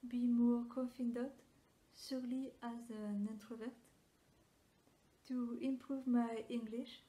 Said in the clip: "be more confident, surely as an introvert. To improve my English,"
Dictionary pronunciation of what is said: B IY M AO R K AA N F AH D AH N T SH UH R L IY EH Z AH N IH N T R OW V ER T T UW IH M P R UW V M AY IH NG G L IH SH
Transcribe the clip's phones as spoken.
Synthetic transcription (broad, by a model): B IY M AO R K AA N F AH D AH T S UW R L IY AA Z AH N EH N T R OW V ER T T UW IH M P R UW V M AY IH NG G L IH SH